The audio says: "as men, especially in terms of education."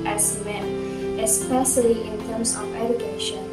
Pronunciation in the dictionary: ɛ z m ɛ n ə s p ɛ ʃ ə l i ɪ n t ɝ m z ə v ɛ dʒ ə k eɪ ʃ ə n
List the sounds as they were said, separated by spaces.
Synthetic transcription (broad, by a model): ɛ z m ɛ n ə s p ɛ s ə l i ɪ n t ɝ m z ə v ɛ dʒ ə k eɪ ʃ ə n